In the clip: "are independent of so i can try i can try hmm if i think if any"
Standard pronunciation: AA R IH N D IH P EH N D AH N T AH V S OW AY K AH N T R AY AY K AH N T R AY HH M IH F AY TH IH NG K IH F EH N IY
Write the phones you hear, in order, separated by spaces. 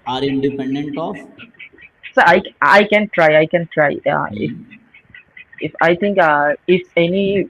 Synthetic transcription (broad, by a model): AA R IH N D IH P EH N D AH N T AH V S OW AY K AH N T R AY AY K AH N T R AY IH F IH F AY T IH NG K IH F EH N IY